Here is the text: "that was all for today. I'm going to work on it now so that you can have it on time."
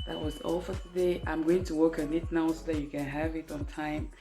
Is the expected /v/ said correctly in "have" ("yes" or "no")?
yes